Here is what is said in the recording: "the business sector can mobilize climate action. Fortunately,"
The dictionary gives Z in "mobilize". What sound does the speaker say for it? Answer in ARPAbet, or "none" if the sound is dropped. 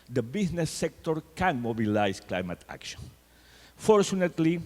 S